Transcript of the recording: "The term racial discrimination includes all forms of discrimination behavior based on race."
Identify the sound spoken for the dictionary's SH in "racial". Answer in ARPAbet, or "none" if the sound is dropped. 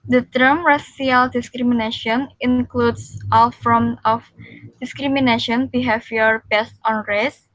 S